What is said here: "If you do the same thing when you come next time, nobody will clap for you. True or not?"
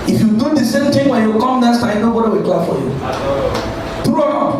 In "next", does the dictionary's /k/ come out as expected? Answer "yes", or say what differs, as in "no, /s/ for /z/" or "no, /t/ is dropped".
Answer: no, /k/ is dropped